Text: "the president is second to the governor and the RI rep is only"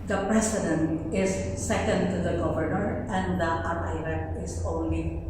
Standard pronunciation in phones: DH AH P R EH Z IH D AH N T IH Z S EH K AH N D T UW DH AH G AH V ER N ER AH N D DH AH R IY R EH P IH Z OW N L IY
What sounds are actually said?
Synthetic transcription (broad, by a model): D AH P R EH S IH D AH N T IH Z S EH K AH N D T UW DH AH G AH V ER N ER AH N D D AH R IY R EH IH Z OW N L IY